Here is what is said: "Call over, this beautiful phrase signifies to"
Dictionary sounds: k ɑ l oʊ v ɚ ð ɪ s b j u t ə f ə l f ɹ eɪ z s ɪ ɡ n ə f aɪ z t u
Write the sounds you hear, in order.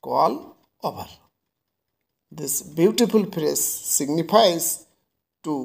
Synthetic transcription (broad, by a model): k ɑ l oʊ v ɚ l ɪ s b j u t ə f ə l p ɹ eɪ s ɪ ɡ n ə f aɪ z t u